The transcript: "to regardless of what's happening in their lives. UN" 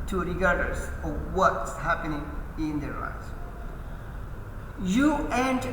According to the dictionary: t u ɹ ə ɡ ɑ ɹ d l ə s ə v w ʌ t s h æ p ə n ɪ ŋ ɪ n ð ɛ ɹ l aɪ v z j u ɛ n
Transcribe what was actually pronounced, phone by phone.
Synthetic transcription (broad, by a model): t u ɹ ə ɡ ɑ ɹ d ə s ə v w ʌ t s h æ p ə n ɪ ŋ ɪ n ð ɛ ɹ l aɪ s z j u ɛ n